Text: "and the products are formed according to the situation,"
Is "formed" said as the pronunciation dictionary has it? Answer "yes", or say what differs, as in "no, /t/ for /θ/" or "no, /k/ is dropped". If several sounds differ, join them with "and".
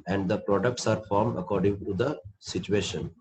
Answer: yes